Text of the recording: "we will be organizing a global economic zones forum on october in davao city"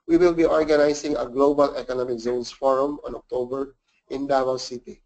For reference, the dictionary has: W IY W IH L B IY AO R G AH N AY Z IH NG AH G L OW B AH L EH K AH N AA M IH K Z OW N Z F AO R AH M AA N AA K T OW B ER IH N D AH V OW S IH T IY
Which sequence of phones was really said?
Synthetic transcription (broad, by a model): W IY W IH L B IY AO R G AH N AY S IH NG AH G L OW B AH L EH K AH N AA M IH K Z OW N S F AO R AH M AA N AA K T OW B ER IH N D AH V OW S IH T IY